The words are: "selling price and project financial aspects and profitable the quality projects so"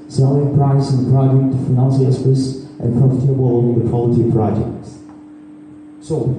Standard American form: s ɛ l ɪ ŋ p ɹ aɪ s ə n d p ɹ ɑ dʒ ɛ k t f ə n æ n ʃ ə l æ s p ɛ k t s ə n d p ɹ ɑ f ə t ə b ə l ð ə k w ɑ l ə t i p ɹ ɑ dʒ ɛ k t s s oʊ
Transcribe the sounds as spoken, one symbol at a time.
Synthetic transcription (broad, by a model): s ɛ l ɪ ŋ p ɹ aɪ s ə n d p ɹ ɑ dʒ ɛ k t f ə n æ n s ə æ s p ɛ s t ə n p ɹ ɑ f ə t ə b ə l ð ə k w ɑ l ə t i p ɹ ɑ dʒ ɛ k t s s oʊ